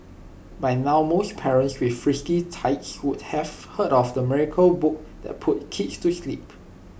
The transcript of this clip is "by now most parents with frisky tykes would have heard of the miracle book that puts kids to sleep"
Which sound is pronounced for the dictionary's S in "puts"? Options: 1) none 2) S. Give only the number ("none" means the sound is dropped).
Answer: 1